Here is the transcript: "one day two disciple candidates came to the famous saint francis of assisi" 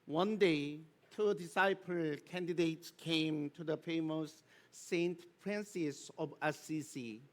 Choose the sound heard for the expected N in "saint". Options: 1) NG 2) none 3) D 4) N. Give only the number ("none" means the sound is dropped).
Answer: 4